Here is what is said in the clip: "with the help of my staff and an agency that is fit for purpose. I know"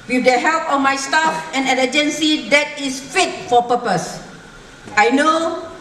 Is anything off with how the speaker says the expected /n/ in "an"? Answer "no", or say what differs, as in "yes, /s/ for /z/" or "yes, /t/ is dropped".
yes, /l/ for /n/